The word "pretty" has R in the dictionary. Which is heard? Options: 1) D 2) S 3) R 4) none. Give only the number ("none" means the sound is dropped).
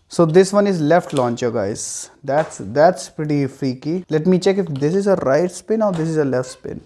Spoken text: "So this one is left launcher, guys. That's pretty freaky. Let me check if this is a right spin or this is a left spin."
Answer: 3